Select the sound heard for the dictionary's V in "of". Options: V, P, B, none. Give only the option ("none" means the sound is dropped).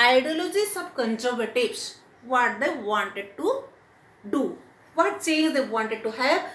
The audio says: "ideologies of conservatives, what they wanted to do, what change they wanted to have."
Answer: B